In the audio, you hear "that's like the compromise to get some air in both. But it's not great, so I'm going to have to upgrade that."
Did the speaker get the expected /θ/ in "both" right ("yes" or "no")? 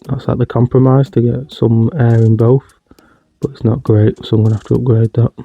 yes